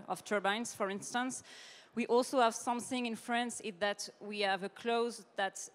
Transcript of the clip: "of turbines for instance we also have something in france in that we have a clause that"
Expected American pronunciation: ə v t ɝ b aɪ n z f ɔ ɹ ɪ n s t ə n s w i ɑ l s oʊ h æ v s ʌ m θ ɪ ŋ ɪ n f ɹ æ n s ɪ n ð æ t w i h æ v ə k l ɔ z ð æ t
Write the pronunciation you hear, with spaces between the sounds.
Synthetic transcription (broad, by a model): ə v t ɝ b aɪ n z f ɔ ɹ ɪ n s t ə n s w i ɑ l s oʊ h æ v s ʌ m θ ɪ ŋ ɪ n f ɹ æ n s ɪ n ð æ t w i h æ v ə k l ɔ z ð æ t